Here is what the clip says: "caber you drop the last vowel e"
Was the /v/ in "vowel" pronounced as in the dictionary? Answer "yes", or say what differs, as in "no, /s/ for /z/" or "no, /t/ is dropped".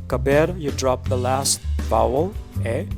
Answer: no, /b/ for /v/